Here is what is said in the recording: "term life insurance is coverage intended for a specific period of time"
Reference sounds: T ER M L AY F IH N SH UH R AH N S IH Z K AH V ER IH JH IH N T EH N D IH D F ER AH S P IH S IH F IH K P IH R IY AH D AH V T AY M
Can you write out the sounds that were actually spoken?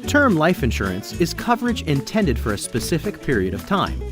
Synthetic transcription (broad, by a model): T ER M L AY F IH N SH UH R AH N S IH Z K AH V ER IH JH IH N T EH N D IH D F ER AH S P IH S IH F IH K P IH R IY AH D AH V T AY M